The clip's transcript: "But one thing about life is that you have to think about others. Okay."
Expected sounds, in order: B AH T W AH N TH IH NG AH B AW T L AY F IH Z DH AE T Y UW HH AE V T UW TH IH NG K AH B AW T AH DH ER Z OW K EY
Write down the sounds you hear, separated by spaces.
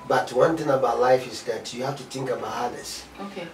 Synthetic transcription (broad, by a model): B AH T W AH N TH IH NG AH B AW T L AY F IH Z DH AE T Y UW HH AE F T UW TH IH NG K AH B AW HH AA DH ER S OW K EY